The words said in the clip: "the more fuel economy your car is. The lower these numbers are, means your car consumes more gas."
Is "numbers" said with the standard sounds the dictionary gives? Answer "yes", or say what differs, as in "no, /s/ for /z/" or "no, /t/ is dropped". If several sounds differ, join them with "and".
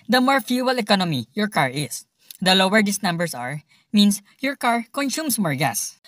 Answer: no, /s/ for /z/